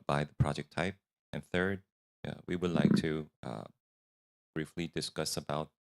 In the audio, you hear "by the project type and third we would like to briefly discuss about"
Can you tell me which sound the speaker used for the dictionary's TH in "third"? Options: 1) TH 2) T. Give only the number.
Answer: 1